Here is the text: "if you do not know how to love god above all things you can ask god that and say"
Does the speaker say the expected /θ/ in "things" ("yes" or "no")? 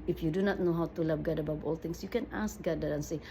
no